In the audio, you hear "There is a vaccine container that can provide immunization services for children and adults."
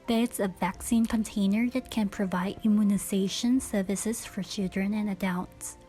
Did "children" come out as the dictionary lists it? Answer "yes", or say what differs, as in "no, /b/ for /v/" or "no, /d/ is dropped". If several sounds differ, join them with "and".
yes